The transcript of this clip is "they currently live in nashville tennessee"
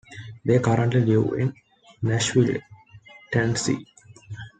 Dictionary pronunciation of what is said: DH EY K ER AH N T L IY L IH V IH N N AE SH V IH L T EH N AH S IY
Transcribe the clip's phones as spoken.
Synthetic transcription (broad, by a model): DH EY K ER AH N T L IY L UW IH N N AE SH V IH L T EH N S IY